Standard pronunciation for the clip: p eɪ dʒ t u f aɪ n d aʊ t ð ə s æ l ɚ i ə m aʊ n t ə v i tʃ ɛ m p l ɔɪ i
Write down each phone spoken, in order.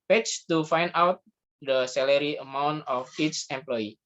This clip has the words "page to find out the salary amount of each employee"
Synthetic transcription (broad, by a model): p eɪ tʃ t u f aɪ n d aʊ t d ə s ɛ l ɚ i ə m aʊ n t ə f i s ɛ m p l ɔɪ i